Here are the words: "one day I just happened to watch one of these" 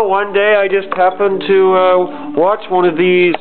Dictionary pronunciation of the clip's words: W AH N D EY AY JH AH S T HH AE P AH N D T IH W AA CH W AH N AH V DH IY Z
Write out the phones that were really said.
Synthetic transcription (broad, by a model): W AH N D EY AY JH AH S T HH AE P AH N T IH W AA CH W AH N AH V DH IY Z